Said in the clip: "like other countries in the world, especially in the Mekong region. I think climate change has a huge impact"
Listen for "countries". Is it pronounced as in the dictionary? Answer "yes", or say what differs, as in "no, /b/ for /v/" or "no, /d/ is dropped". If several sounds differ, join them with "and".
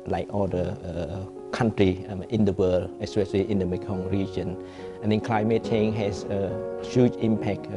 no, /z/ is dropped